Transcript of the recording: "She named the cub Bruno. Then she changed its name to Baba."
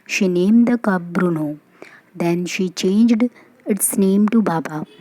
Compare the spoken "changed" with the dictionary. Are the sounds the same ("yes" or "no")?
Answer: yes